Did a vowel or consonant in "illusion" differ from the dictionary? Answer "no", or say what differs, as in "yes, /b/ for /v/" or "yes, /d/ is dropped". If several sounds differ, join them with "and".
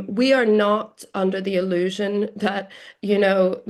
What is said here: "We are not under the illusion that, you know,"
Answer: no